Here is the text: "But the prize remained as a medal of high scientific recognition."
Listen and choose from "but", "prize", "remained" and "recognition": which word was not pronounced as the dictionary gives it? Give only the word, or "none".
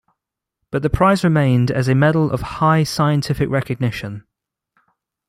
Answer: none